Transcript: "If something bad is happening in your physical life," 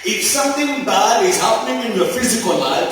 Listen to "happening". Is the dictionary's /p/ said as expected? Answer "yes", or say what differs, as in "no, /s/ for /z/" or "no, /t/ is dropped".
yes